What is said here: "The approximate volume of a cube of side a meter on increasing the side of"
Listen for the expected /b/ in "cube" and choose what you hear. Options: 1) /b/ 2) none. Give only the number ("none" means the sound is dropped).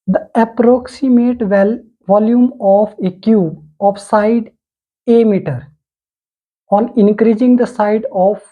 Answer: 2